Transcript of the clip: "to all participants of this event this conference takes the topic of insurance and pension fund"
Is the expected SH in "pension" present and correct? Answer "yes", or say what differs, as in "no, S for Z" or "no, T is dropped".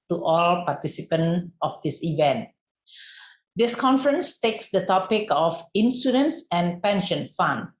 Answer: yes